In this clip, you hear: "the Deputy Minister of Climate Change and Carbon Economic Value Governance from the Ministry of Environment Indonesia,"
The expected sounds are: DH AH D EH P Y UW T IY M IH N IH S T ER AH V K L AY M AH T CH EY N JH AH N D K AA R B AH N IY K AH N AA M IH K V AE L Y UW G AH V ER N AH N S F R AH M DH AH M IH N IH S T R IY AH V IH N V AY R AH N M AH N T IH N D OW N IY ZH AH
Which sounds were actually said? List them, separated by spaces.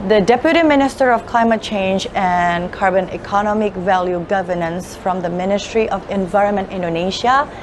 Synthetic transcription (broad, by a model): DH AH D EH P Y UW T IY M IH N IH S T ER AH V K L AY M AH T CH EY N JH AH N K AA R B AH N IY K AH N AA M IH K V AE L Y UW G AH V ER N AH N S F R AH M DH AH M IH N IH S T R IY AH V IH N V AY R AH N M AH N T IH N D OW N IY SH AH